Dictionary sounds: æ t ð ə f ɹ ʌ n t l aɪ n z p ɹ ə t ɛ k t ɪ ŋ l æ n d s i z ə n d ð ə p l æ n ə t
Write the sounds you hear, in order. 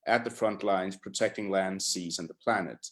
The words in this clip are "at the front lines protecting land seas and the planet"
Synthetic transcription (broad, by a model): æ t ð ə f ɹ ʌ n t l aɪ n z p ɹ ə t ɛ k t ɪ ŋ l æ n d s i z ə n ð ə p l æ n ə t